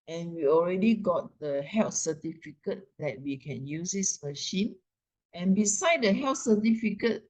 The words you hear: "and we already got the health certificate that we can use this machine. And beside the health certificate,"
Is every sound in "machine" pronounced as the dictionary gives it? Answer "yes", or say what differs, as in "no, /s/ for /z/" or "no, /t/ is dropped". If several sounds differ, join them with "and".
yes